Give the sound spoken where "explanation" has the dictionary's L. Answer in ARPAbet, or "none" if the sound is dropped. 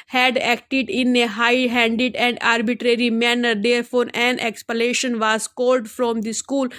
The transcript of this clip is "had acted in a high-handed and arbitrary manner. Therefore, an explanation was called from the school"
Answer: none